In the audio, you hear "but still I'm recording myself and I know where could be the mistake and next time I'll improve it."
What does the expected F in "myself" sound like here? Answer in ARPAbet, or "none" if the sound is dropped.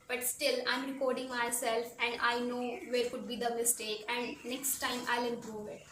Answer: F